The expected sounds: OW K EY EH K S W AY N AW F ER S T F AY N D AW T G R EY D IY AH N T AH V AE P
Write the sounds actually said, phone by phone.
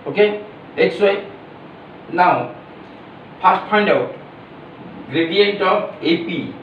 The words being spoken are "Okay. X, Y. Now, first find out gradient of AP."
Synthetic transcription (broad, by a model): OW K EY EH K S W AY N AW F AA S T P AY N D AW T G R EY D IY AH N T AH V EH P